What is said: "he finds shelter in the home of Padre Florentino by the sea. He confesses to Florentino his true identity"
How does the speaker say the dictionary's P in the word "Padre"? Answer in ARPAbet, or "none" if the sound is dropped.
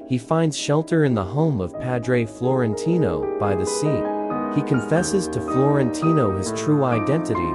P